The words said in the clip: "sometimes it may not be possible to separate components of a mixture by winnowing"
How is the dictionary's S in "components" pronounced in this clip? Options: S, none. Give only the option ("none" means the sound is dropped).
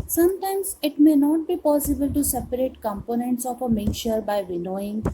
S